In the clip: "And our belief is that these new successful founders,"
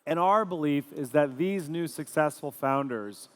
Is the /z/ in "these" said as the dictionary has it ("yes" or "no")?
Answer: yes